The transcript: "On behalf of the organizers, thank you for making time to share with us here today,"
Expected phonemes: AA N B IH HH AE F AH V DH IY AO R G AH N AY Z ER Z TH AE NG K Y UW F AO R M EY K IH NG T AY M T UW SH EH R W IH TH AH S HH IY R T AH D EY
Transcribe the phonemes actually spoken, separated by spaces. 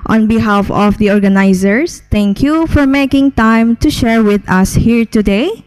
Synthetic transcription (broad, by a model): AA N B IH HH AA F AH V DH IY AO R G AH N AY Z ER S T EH NG K Y UW F AO R M EY K IH NG T AY M T UW SH EH R W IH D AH S HH IY R T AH D EY